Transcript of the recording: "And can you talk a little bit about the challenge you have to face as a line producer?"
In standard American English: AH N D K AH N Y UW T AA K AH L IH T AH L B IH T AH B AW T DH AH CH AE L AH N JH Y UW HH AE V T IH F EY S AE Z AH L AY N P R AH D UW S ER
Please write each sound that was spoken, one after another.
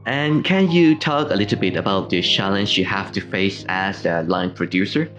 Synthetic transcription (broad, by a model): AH N K AH N Y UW T AA K AH L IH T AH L B IH T AH B AW T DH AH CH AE L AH N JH Y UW HH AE F T IH F EY S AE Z AH L AY N P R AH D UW S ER